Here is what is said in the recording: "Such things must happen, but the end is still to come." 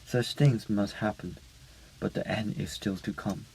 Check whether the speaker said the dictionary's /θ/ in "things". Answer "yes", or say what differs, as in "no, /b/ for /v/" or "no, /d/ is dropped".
yes